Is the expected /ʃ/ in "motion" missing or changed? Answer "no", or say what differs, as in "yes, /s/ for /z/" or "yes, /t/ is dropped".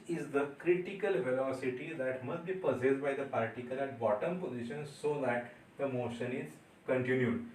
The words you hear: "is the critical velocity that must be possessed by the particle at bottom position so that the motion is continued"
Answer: no